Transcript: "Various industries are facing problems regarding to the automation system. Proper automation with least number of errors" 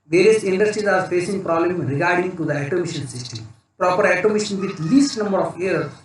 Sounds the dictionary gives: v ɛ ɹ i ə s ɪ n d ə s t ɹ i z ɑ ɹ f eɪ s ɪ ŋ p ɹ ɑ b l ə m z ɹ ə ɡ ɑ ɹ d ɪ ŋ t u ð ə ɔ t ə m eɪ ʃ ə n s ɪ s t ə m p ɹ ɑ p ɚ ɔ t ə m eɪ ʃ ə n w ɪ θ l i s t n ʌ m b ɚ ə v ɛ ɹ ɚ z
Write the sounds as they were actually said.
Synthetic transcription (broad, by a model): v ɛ ɹ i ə s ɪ n d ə s t ɹ i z ɑ ɹ f eɪ s ɪ ŋ p ɹ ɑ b l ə m ɹ ə ɡ ɑ ɹ d ɪ ŋ t u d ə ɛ t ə m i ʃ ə n s ɪ s t ə m p ɹ ɑ p ɚ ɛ t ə m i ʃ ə n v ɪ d l i s t n ʌ m b ɚ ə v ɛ ɹ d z